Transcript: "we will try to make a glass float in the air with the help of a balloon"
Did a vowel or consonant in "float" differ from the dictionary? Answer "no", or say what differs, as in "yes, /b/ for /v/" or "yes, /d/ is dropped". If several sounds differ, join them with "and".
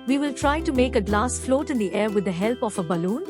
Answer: no